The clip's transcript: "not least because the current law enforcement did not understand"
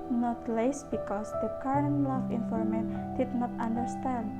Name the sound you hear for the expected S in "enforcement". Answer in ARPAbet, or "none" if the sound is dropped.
none